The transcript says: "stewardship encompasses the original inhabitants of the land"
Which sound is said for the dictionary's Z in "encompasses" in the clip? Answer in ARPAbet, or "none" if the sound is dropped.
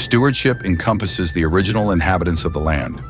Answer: Z